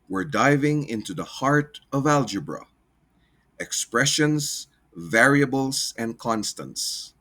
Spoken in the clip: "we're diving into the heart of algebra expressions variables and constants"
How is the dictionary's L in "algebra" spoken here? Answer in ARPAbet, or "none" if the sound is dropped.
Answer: L